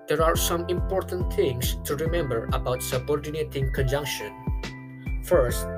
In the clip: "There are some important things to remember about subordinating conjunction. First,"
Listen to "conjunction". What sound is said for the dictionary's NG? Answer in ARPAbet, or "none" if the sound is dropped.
NG